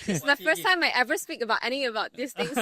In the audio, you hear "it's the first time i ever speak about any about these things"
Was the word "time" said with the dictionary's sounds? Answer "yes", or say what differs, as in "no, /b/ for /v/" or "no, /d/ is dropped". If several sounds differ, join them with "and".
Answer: yes